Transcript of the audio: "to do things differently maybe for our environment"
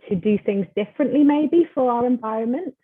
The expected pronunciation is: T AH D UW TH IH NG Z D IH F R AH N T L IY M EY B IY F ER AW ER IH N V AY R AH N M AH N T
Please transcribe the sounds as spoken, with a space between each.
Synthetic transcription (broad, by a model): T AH D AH TH IH NG Z D IH F R AH N T L IY M EY B IY F ER AW ER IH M V AY R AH N M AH N T